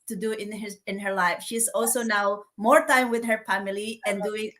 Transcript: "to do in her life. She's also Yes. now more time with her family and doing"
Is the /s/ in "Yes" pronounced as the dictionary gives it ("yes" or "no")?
no